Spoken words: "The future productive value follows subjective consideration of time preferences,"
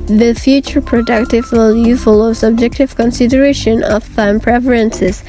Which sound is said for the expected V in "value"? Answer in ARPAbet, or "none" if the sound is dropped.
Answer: W